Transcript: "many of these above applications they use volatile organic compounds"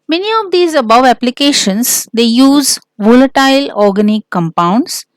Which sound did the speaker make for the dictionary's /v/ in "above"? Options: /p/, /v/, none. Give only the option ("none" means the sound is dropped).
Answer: /v/